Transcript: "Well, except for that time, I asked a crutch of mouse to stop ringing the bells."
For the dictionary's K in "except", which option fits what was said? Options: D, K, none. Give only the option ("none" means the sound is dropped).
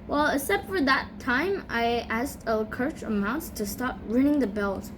none